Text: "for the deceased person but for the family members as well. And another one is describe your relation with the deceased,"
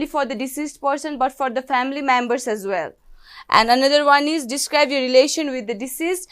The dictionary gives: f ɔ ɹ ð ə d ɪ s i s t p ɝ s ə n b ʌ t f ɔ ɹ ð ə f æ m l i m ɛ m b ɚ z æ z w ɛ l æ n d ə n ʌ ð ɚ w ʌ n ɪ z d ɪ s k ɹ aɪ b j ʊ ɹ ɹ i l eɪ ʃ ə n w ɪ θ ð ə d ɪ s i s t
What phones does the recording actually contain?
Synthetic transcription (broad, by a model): f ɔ ɹ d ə d ɪ s i s t p ɝ s ə n b ʌ t f ɔ ɹ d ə f æ m l i m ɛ m b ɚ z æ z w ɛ l æ n d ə n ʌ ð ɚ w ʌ n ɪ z d ɪ s k ɹ aɪ b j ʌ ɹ ɹ i l eɪ ʃ ə n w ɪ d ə d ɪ s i s t